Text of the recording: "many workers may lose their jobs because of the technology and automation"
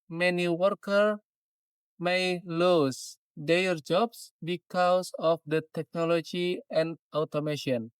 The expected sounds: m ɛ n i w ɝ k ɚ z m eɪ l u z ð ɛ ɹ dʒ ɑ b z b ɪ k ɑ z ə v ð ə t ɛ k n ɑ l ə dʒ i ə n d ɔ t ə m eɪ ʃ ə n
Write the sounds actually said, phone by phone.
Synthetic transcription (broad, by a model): m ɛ n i w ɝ k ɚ m eɪ l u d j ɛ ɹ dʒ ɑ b s b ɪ k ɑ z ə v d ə t ɛ k n ɑ l ə dʒ i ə n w t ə m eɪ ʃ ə n